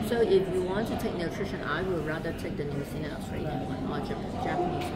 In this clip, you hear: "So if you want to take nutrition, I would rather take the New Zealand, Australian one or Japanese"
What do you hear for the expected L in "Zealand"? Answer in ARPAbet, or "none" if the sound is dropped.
N